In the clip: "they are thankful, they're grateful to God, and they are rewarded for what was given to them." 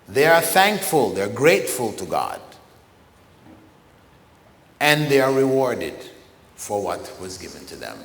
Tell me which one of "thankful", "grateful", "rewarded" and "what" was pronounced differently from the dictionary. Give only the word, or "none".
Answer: none